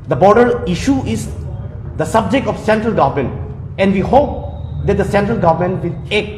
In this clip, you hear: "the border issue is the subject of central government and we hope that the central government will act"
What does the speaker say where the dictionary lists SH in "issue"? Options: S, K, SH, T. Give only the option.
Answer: SH